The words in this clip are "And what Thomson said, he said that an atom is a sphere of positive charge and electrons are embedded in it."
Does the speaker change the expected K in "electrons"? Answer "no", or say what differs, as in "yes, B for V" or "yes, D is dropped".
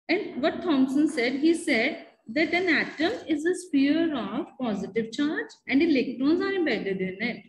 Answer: no